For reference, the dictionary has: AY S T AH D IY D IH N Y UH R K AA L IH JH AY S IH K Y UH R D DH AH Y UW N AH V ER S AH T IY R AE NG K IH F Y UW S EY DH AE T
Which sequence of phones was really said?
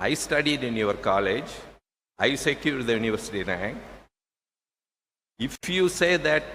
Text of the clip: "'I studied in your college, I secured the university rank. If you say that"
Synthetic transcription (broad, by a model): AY S T AH D IY D IH N Y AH R K AA L IH JH AY S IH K Y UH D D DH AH Y UW N AH V ER S AH T IY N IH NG IH F Y UW S EY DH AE T